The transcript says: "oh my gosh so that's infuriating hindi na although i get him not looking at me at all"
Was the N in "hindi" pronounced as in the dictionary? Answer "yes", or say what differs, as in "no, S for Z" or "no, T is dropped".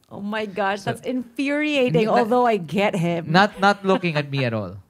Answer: no, N is dropped